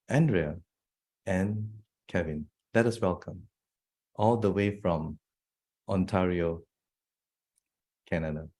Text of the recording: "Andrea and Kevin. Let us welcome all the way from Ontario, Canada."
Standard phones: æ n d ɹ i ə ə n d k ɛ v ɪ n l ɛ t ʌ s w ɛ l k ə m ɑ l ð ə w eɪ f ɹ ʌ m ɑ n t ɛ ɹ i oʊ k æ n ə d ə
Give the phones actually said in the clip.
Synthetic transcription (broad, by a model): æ n d ɹ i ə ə n k ɛ v ɪ n l ɛ t ʌ s w ɛ l k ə m ɑ l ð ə w eɪ f ɹ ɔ m ɑ n t ɛ ɹ i oʊ k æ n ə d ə